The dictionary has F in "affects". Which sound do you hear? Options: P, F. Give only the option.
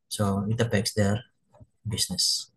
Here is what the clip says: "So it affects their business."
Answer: P